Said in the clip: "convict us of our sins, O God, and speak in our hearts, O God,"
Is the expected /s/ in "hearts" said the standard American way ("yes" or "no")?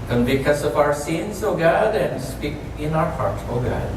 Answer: no